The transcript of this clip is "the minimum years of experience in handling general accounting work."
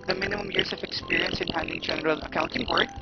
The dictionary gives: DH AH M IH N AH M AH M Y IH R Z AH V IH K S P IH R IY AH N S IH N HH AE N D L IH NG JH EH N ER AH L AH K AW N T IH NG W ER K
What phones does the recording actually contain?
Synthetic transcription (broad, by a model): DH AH M IH N AH M AH M Y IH R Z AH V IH K S P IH R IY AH N S IH N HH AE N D IH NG JH EH N ER AH L AH K AW N T IH NG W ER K